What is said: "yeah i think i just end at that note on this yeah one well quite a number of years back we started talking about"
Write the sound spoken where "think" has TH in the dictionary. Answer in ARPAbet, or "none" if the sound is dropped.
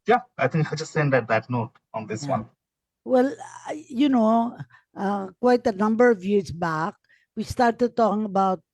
T